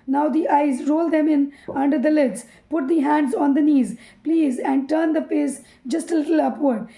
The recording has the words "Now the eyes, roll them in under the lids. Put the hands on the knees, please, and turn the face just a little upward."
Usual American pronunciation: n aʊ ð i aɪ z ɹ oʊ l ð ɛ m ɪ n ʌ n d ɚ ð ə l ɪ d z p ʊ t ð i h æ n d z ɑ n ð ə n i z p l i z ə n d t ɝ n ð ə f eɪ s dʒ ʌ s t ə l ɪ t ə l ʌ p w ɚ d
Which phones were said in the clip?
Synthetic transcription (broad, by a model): n aʊ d i aɪ z ɹ oʊ l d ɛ m ɪ n ʌ n d ɚ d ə l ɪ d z p ʊ t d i h æ n d z ɑ n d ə n i z p l i z ə n d t ɝ n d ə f eɪ s dʒ ʌ s t ə l ɪ t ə l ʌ p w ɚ d